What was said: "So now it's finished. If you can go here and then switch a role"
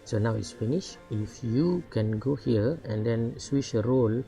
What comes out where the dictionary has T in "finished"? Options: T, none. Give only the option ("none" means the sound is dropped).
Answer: none